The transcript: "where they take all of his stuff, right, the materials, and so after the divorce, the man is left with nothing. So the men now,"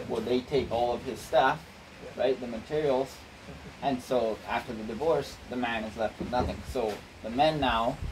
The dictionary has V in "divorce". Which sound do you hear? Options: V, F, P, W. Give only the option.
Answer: V